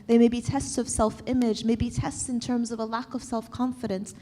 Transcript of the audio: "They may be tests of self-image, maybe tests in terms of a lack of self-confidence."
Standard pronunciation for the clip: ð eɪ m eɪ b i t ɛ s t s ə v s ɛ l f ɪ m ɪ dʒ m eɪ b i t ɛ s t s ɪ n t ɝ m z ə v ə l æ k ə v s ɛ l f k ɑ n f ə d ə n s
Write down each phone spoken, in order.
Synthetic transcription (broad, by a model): ð eɪ m eɪ b i t ɛ s t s ə v s ɛ l f ɪ m ɪ dʒ m eɪ b i t ɛ s t s ɪ n t ɝ m z ə v ə l æ k ə v s ɛ l f k ɑ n f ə d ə n s